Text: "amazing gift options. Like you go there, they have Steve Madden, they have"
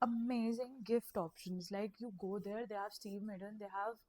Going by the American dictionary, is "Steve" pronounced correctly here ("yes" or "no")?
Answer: yes